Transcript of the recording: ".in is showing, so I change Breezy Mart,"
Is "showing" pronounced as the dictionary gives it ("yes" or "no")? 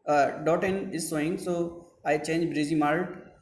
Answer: no